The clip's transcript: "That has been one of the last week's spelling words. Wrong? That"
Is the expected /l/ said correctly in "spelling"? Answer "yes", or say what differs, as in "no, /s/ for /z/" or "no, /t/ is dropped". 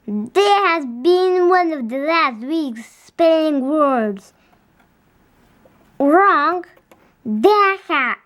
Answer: no, /n/ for /l/